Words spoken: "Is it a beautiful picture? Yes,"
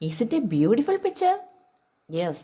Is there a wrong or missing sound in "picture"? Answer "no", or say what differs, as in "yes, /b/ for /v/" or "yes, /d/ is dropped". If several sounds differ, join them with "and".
yes, /k/ is dropped